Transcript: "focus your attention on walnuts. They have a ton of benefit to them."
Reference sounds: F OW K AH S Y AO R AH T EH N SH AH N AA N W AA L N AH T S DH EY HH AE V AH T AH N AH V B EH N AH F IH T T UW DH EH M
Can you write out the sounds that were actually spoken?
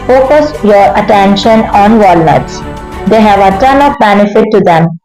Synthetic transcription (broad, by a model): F OW K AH S Y AO R AH T EH N SH AH N AA N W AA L N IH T S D EY HH AE V AH T AH N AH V B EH N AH F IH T T UW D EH M